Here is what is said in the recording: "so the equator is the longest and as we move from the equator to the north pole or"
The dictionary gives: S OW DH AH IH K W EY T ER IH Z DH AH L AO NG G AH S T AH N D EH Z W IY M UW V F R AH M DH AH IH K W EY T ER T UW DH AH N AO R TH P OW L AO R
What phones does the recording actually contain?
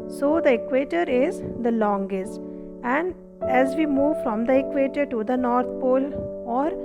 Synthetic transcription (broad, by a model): S OW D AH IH K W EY T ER IH Z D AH L AO NG G AH S T AH N D EH Z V IY M UW V F R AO M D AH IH K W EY T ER T UW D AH N AO R T P OW L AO R